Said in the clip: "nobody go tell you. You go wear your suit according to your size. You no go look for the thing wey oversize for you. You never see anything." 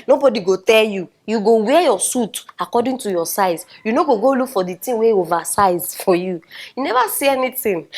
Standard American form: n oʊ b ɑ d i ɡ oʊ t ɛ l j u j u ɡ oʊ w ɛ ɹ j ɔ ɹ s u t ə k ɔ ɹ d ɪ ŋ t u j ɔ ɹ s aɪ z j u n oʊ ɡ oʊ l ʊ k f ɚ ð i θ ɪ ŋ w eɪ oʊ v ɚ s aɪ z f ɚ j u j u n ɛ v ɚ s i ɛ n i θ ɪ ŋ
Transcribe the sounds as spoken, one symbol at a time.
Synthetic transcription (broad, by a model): n oʊ b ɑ d i ɡ oʊ t ɛ l j u j u ɡ oʊ w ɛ j ɔ s u t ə k ɔ d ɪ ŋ t u j ɔ s aɪ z j u n oʊ ɡ oʊ l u k f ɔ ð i t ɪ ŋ w eɪ oʊ v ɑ s aɪ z f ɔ j u j u n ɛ v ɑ s i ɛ n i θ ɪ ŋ